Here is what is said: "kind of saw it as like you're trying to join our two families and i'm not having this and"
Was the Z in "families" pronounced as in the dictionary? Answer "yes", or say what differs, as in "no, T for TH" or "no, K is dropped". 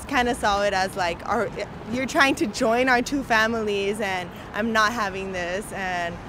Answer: yes